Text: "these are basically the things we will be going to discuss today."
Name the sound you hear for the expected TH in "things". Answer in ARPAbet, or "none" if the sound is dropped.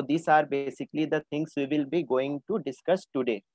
T